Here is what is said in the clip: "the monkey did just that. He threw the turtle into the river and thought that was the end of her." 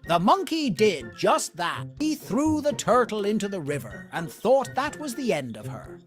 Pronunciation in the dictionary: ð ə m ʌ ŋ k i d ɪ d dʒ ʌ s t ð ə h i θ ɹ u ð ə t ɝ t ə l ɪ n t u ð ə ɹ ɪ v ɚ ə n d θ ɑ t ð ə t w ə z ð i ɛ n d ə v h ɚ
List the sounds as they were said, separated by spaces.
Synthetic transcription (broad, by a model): ð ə m ʌ ŋ k i d ɪ d dʒ ʌ s t ð ə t i θ ɹ u ð ə t ɝ t l ɪ n t u ð ə ɹ ɪ v ɚ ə n θ ɑ t ð ə t w ə z ð i ɛ n d ə v ɚ